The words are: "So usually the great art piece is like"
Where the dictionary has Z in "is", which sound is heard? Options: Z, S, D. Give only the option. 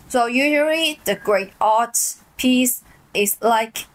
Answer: S